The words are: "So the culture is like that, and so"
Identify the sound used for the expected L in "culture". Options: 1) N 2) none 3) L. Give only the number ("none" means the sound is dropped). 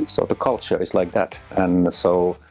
3